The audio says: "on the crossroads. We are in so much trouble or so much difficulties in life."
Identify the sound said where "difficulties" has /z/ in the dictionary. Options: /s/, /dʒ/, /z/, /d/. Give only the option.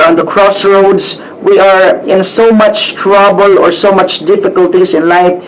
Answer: /s/